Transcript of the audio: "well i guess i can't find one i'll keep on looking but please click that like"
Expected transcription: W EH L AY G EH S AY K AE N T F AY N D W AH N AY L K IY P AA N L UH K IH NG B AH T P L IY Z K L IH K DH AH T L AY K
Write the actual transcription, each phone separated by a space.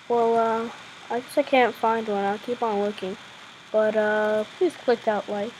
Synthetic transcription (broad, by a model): W EH L AY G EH S AY K AE N T F AY N D W AH N AY L K IY P N W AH K IH NG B AH T P L IY Z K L IH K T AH T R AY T